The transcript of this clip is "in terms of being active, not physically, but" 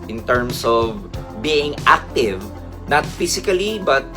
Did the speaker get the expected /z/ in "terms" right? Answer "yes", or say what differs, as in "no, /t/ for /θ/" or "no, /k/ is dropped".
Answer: no, /s/ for /z/